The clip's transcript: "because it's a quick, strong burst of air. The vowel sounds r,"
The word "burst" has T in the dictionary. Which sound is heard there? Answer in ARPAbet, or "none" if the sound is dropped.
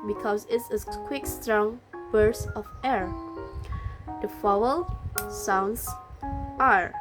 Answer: none